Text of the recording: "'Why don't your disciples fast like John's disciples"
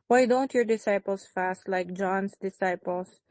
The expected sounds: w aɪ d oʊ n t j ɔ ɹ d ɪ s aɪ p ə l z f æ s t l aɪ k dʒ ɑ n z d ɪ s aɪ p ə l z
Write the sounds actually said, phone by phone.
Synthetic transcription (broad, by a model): w aɪ d oʊ n t j ɔ ɹ d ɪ s aɪ p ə l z f æ s t l aɪ k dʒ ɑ n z d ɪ s aɪ p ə l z